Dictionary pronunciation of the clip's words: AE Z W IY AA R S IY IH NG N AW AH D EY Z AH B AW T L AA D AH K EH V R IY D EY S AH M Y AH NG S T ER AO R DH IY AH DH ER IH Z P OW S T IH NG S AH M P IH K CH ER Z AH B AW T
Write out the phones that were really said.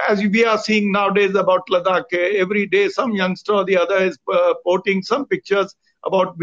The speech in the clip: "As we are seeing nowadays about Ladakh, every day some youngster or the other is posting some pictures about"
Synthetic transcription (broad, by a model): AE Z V IY AA R S IY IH NG N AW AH D EY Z AH B AW T L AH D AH K EH V R IY D EY S AH M Y AH NG S T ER AO R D IY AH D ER IH Z P OW T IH NG S AH M P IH K CH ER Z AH B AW T